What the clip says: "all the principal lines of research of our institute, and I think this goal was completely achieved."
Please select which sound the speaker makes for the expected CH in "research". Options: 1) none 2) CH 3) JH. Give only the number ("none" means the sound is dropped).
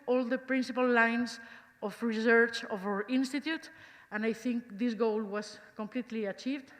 2